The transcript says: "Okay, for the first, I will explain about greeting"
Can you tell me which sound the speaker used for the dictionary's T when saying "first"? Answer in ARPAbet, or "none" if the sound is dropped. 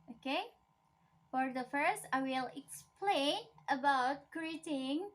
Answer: T